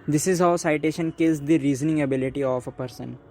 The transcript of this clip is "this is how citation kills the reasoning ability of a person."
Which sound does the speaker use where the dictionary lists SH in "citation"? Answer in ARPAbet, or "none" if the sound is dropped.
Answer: SH